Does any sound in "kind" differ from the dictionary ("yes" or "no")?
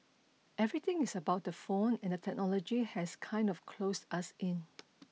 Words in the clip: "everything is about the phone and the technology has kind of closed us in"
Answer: no